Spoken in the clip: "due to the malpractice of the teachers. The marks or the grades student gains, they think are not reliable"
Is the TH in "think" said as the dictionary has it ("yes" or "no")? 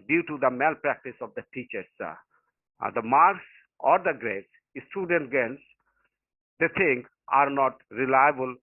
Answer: no